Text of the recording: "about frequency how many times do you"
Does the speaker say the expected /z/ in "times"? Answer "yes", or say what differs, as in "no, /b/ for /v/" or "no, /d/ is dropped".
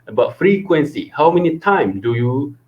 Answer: no, /z/ is dropped